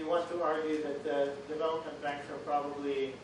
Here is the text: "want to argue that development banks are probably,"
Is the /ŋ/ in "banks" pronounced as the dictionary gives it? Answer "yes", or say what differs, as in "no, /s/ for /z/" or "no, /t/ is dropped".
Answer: no, /ŋ/ is dropped